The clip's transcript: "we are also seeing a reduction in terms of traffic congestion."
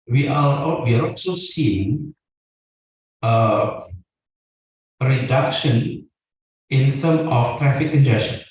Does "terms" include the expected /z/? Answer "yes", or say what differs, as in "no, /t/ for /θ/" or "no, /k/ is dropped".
no, /z/ is dropped